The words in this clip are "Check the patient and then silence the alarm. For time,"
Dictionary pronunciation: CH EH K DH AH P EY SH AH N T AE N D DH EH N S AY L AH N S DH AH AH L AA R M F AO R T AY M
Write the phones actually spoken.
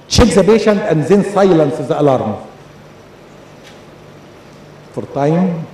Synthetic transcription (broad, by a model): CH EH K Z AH B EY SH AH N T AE N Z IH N S AY L AH N S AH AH L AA R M F AO R T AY M